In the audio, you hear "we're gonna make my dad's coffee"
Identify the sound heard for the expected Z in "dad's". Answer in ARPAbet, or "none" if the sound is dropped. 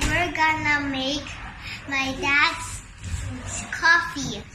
S